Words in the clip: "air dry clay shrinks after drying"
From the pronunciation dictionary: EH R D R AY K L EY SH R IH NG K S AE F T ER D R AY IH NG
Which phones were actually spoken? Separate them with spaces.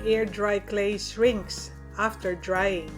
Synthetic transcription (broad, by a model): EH R D R AY K L EY S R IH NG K S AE F T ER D R AY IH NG